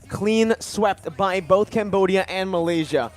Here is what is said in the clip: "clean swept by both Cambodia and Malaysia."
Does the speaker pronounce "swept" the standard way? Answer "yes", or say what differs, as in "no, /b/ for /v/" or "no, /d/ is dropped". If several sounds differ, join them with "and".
yes